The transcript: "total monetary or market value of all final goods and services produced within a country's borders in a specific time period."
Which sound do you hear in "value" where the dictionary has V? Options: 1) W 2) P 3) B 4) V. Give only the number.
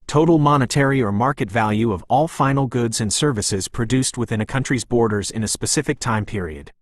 4